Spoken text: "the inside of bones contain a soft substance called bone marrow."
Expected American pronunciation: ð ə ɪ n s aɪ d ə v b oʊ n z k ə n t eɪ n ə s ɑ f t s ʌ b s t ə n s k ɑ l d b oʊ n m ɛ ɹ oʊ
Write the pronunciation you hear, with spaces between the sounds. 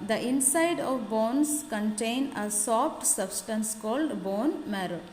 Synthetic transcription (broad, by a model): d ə ɪ n s aɪ d ə v b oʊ n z k ə n t eɪ n ə s ɑ f t s ʌ b s t ə n s k ɑ l d b oʊ n m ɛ ɹ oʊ